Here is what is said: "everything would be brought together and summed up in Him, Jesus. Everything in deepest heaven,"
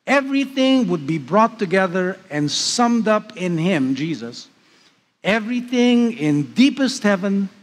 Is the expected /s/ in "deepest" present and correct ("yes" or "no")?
yes